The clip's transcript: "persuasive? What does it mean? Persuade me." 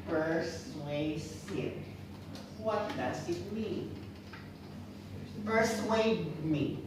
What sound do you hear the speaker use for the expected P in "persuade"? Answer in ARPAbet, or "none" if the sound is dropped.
F